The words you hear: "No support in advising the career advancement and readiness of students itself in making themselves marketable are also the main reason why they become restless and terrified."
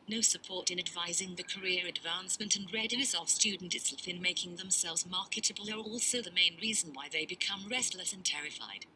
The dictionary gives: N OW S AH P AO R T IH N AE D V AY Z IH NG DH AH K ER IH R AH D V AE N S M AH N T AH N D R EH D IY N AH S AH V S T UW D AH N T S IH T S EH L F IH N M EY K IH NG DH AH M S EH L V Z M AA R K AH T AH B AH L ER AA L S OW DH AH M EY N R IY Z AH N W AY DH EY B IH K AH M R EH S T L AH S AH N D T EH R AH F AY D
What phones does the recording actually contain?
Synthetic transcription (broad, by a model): N OW S AH P AO R T IH N AE D V AY Z IH NG DH AH K ER IH R AH D V AE N S M AH N T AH N R EH D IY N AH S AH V S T UW D N T IH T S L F IH N M EY K IH NG DH AH M S EH L V Z M AA R K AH T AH B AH L ER AA L S OW DH AH M EY N R IY Z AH N W AY DH EY B IH K AH M R EH S T L AH S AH N T EH R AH F AY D